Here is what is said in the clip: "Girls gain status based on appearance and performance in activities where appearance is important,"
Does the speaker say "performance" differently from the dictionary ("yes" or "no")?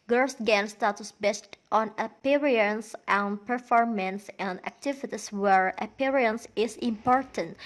no